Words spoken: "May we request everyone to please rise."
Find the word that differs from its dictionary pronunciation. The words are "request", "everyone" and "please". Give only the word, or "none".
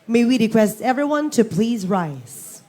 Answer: none